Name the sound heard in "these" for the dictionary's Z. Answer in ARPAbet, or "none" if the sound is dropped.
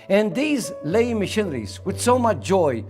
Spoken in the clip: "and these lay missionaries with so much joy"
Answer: Z